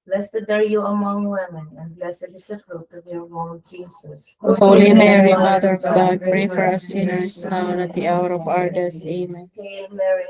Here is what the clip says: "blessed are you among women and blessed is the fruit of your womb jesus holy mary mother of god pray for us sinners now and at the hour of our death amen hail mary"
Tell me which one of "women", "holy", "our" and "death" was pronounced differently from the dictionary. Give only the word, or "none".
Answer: death